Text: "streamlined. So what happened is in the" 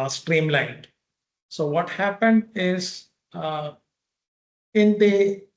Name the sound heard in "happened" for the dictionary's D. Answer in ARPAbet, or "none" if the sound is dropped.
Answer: D